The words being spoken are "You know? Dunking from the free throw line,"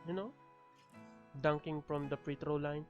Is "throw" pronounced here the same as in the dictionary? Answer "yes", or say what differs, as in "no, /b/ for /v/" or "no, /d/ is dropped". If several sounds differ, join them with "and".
no, /t/ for /θ/